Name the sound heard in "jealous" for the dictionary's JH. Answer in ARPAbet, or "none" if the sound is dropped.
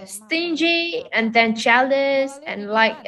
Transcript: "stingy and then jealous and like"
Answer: CH